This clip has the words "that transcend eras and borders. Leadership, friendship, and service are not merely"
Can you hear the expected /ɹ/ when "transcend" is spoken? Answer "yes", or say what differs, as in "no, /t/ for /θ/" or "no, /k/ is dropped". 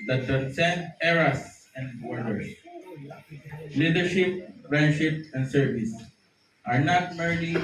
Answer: no, /ɹ/ is dropped